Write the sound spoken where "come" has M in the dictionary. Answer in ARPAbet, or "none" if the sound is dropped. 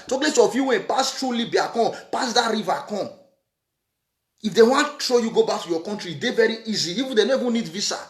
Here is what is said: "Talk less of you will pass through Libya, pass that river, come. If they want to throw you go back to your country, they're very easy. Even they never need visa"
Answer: none